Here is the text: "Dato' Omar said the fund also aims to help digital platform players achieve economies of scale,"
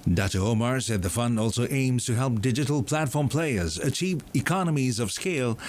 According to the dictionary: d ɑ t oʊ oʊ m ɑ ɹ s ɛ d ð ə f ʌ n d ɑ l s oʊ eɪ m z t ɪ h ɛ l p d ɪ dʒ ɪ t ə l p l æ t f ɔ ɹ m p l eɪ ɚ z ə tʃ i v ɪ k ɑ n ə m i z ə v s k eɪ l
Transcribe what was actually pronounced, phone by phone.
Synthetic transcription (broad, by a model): d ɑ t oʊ oʊ m ɑ ɹ s ɛ d ð ə f ʌ n d ɑ l s oʊ eɪ m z t ɪ h ɛ l p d ɪ dʒ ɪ t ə l p l æ t f ɔ ɹ m p l eɪ ɚ z ə tʃ i v ɪ k ɑ n ə m i z ə v s k eɪ l